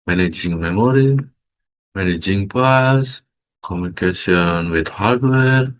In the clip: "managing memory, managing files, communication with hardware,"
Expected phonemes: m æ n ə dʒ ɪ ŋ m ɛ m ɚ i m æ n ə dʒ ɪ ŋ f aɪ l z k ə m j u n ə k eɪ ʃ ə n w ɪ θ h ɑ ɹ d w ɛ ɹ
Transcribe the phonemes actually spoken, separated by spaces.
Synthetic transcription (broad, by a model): m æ n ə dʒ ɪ ŋ m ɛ m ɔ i m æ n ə dʒ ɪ ŋ p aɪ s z k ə m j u n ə k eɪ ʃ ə n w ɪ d h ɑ ɹ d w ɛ ɹ